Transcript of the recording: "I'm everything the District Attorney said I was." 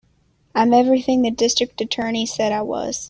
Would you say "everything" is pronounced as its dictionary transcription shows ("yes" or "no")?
yes